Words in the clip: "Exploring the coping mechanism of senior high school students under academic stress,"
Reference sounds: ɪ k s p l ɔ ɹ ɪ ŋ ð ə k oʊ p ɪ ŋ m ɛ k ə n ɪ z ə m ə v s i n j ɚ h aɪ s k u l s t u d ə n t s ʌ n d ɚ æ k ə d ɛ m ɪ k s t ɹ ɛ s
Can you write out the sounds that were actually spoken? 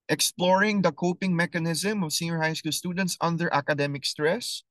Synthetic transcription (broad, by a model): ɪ k s p l ɔ ɹ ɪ ŋ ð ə k oʊ p ɪ ŋ m ɛ k ə n ɪ z ə m ə v s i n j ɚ h aɪ s k u l s t u d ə n t s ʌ n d ɚ æ k ə d ɛ m ɪ k s t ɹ ɛ s